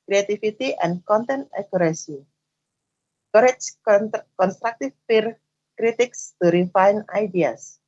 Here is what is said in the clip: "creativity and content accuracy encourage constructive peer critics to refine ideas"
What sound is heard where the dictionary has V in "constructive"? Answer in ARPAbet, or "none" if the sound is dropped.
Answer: F